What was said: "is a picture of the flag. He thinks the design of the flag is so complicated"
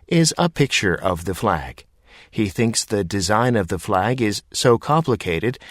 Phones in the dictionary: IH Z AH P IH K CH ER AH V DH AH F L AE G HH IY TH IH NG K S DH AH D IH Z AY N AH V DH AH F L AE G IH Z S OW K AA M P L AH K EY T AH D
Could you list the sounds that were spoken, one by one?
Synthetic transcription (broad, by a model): IH Z AH P IH K CH ER AH V DH AH F L AE G HH IY TH IH NG K S DH AH D IH Z AY N AH V DH AH F L AE G IH Z S OW K AA M P L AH K EY T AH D